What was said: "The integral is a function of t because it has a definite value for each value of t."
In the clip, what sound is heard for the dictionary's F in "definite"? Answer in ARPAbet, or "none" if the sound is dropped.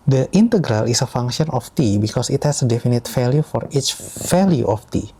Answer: F